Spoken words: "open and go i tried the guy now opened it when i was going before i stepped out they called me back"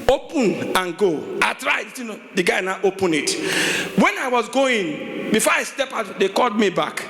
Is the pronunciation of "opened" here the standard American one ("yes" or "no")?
no